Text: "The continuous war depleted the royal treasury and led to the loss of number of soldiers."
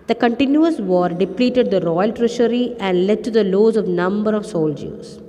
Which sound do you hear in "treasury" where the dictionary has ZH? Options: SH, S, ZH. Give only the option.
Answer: SH